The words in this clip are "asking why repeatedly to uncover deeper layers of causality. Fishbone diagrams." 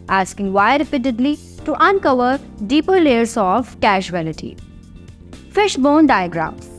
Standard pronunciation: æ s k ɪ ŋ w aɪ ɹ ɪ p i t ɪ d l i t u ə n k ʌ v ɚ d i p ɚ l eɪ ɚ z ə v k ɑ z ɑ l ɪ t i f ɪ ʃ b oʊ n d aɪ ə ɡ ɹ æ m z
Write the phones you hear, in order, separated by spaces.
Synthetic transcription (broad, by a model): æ s k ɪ ŋ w aɪ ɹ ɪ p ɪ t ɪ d l i t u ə n k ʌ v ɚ d i p ɚ l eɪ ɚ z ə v k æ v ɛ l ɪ t i f ɪ ʃ b oʊ n d aɪ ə ɡ ɹ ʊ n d